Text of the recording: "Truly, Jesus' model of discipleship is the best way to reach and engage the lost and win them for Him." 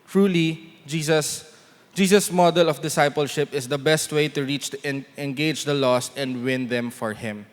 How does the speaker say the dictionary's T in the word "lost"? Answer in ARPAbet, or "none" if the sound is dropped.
none